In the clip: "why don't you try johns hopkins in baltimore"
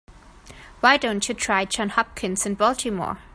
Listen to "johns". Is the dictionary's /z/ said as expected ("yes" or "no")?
no